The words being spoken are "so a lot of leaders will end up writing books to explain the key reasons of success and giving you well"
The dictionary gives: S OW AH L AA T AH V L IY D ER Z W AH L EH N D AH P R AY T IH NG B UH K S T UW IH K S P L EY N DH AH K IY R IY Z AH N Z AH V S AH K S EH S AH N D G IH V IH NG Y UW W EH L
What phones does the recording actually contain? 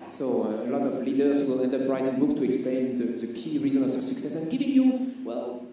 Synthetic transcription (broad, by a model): S OW AH L AA T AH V L IY D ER S W AH L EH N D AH B R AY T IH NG B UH K T UW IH K S P L EY N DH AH K IY R IY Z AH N AH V S AH K S EH S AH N G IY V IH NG Y UW W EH L